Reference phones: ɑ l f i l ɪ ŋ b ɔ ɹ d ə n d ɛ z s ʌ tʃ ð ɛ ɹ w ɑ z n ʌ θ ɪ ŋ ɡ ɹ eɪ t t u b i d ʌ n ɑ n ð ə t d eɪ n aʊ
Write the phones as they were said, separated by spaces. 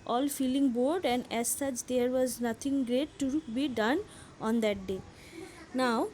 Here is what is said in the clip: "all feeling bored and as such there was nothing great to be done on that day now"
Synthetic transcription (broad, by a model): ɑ l f i l ɪ ŋ b ɔ ɹ d ə n d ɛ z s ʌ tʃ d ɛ ɹ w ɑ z n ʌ t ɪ ŋ ɡ ɹ eɪ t t u b i d ʌ n ɑ n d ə t d eɪ n aʊ